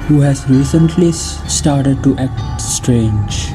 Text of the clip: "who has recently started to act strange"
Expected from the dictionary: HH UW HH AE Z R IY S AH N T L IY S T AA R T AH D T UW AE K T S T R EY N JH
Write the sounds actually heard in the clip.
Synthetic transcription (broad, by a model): HH UW HH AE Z R IY S AH N T L IY S T AA R T AH D T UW AE K T S T R EY N JH